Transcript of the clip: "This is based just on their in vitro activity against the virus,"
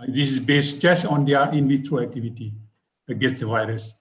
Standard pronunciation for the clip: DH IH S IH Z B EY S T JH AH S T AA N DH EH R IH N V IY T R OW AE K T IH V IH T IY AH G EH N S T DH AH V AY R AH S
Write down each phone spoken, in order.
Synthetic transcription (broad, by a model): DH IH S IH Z B EY S T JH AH S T AA N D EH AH IH N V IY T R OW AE K T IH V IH T IY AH G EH S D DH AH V AY R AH S